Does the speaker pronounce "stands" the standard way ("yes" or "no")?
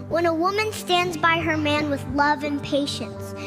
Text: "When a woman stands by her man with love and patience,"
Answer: yes